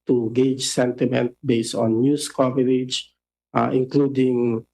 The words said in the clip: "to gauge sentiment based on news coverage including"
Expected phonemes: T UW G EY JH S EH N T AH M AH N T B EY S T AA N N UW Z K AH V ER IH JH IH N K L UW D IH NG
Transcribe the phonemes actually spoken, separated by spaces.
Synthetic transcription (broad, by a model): T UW G EY JH S EH N T AH M AH N T B EY S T AA N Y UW S K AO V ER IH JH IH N K L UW D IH NG